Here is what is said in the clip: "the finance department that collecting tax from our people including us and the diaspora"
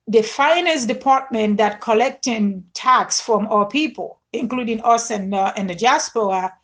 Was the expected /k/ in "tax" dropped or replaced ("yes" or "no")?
no